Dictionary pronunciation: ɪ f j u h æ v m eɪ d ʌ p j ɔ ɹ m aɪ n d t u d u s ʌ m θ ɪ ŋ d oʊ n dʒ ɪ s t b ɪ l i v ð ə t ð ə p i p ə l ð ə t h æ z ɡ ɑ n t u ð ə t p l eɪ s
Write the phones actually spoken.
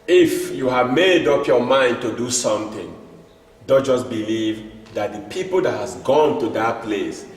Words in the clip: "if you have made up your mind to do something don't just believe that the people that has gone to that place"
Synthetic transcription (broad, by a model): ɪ f j u h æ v m eɪ d ʌ p j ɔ m aɪ n d t u d u s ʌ m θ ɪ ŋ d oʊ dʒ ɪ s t b ɪ l i v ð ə t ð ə p i p ə l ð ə t h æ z ɡ ɑ n t u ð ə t p l eɪ s